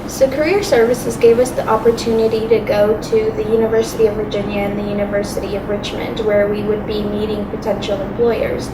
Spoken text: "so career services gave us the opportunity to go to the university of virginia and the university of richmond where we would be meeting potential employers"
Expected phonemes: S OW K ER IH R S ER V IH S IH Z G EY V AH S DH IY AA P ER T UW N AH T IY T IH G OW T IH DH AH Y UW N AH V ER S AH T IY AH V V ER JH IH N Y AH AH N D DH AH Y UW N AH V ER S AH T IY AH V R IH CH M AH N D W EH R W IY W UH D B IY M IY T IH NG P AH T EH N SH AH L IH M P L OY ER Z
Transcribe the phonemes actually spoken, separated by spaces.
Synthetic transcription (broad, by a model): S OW K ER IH R S ER V IH S IH Z G EY V AH S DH IY AA P ER T UW N AH T IY T IH G OW T IH DH AH Y UW N AH V ER S AH T IY AH V V ER JH IH N Y AH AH N DH AH Y UW N AH V ER S AH T IY AH V R IH CH M AH N D W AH R W IY W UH D B IY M IY T IH NG P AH T EH N SH L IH M P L OY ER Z